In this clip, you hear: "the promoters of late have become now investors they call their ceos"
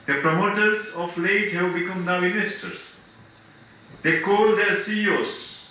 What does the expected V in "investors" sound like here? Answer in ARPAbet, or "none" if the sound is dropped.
none